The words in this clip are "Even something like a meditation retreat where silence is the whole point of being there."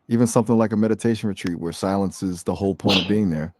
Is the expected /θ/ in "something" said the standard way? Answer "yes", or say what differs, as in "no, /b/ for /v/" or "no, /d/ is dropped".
yes